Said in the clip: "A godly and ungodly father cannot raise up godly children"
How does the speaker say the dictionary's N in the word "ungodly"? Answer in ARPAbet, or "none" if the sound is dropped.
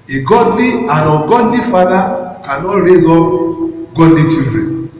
none